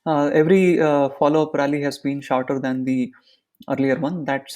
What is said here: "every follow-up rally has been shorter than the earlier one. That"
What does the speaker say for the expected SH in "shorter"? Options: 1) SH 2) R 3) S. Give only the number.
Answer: 1